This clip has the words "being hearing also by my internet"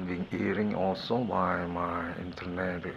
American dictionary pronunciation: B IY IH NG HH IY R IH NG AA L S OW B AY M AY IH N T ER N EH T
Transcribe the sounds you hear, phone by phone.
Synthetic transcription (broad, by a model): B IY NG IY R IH NG AA L S OW B AY M AY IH N T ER N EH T